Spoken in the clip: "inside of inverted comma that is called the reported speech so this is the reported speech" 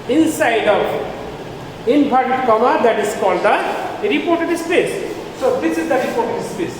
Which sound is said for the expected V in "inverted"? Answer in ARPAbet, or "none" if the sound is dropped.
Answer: P